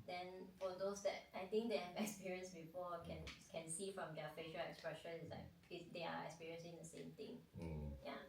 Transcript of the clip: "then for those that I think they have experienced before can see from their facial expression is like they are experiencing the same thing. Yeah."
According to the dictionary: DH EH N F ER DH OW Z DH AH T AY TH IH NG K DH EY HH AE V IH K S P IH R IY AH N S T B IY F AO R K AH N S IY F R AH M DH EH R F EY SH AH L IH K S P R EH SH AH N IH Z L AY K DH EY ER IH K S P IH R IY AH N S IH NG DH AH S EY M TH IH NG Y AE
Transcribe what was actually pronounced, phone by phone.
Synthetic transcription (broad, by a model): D EH N F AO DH OW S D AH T AY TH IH NG K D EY HH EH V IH K S P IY R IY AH N S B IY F AO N K AH N S IY F R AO M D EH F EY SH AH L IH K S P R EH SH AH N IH S L AY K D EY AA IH K S P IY R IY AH N S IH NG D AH S EY M T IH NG Y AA